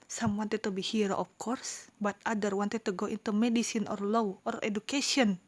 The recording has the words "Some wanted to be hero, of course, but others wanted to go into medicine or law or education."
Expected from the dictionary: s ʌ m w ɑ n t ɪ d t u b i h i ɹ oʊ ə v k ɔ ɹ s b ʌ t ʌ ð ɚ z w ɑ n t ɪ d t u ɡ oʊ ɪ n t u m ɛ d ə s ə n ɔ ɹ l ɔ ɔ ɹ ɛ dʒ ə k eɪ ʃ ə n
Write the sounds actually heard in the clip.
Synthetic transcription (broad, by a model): s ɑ m w ɑ n t ɪ d t u b i h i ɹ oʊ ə f k ɔ ɹ s b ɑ t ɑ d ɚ w ɑ n t ɪ d t u ɡ oʊ ɪ n t u m ɛ d ə s ə n ɔ ɹ l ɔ ɔ ɹ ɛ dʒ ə k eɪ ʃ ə n